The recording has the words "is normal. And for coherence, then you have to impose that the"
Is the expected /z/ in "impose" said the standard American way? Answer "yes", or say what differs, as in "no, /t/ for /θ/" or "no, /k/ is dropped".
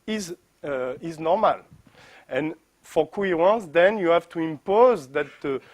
yes